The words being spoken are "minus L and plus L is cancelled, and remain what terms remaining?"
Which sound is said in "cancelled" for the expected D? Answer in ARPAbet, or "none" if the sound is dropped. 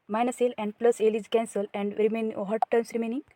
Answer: none